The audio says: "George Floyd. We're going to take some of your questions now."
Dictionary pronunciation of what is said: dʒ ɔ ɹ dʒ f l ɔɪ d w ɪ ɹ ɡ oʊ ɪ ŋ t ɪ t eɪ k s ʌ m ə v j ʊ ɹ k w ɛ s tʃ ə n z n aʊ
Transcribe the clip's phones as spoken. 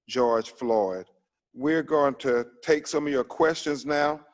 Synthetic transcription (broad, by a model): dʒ ɔ ɹ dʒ f l ɔɪ d w ɪ ɹ ɡ oʊ ɪ ŋ t ɪ t eɪ k s ʌ m ə v j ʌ ɹ k w ɛ s tʃ ə n z n aʊ